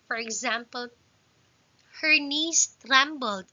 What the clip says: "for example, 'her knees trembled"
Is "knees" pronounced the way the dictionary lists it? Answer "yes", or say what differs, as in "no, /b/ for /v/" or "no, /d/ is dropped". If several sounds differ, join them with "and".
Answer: no, /s/ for /z/